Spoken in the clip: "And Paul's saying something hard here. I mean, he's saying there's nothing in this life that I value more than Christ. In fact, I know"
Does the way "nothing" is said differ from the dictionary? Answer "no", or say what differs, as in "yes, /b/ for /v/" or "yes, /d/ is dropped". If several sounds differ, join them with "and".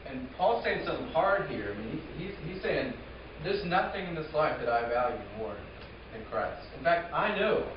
no